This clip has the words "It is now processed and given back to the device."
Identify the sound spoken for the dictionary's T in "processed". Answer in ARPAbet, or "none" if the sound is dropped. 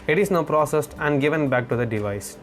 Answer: T